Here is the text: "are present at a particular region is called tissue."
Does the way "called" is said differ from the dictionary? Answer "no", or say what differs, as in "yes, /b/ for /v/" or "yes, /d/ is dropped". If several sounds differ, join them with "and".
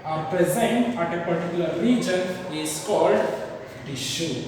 no